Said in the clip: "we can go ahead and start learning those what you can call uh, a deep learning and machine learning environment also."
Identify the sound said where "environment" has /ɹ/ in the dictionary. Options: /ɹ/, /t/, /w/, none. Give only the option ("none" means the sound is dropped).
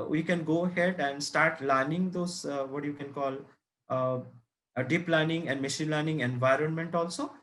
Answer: /ɹ/